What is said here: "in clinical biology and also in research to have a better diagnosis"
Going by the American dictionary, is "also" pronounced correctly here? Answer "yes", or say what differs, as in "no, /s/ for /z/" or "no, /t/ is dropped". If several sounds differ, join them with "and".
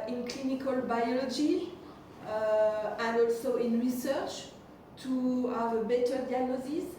yes